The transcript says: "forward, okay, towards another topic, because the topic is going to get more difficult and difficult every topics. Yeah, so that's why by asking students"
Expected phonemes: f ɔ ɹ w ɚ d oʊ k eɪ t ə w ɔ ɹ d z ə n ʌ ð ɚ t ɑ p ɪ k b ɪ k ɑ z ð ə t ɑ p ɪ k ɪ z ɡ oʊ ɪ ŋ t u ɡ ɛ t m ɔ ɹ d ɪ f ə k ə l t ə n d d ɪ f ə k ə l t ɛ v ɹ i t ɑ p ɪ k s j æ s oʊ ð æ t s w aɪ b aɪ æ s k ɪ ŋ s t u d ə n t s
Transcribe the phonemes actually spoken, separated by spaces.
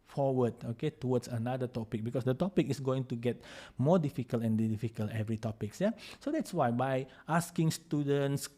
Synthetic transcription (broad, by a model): f ɔ w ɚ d oʊ k eɪ t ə w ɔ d s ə n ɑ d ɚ t ɑ p ɪ k b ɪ k ɑ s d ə t ɑ p ɪ k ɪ s ɡ oʊ ɪ ŋ t u ɡ ɛ t m ɔ d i f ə k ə l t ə n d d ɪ f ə k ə l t ɛ v ɹ i t ɑ p ɪ k s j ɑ s oʊ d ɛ t s w aɪ b aɪ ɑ s k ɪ ŋ s t u d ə n t s